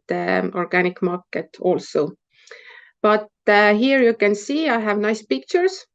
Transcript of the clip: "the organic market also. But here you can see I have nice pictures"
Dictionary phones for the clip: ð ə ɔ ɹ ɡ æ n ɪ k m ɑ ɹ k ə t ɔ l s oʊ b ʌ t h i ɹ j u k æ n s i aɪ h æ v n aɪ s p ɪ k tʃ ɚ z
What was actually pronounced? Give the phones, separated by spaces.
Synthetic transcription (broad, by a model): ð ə ɔ ɹ ɡ æ n ɪ k m ɑ ɹ k ə t ɔ l s oʊ b ʌ t h i ɹ j u k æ n s i aɪ h æ v n aɪ s p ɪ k tʃ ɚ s